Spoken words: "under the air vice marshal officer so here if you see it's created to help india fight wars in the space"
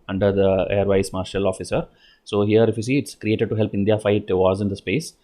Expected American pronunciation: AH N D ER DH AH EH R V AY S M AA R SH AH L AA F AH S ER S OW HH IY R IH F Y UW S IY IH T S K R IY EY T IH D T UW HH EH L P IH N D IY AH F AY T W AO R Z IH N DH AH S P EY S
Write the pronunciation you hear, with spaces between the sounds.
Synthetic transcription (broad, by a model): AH N D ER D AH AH R V AY S M AA R SH AH L AA F AH S ER S OW HH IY R IH F Y UW S IY IH T S K R IY EY T IH D T UW HH EH L P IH N D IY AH F AY T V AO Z IH N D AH S P EY S